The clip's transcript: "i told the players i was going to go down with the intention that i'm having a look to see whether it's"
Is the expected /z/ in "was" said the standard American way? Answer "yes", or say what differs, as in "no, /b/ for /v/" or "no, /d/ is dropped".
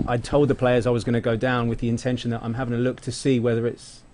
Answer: yes